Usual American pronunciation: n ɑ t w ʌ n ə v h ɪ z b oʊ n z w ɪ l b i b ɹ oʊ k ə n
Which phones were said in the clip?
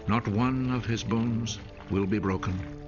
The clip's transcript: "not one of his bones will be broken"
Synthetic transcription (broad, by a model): n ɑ t w ʌ n ə v ɪ z b oʊ n z w ɪ l b i b ɹ oʊ k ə n